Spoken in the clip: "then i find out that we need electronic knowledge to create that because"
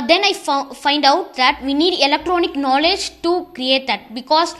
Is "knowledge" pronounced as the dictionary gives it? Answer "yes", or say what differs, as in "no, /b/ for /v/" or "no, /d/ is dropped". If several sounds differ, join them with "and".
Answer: yes